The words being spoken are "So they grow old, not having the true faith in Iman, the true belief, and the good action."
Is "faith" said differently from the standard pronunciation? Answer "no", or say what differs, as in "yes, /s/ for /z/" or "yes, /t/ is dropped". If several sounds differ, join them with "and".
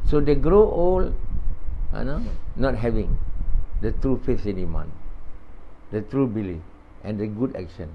yes, /f/ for /θ/